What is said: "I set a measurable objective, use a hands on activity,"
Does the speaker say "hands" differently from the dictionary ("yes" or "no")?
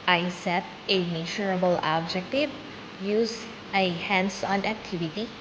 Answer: yes